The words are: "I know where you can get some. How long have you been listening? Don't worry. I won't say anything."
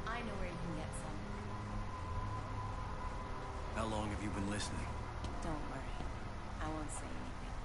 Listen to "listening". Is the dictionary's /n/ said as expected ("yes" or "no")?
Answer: yes